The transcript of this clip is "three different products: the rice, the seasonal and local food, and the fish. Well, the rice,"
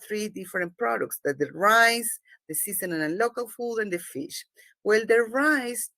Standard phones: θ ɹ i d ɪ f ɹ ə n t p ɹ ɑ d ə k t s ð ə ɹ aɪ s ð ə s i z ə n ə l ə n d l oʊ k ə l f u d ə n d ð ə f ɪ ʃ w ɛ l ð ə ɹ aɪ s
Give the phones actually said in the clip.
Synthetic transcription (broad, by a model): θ ɹ i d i f ɹ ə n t p ɹ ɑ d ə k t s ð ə ɹ aɪ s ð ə s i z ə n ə n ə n l oʊ k ə l f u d ə n d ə f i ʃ w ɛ l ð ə ɹ aɪ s